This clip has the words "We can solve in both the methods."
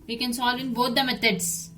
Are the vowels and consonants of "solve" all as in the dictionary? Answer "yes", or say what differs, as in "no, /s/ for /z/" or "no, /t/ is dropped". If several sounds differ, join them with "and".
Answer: yes